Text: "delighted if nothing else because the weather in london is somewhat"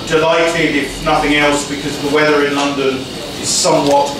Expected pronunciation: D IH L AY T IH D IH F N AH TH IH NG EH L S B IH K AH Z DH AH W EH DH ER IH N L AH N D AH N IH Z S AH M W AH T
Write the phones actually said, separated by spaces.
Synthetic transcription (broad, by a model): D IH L AY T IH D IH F N AH TH IH NG EH L S B IH K AH Z DH AH W EH DH ER IH N L AH N D AH N IH Z S AH M W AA T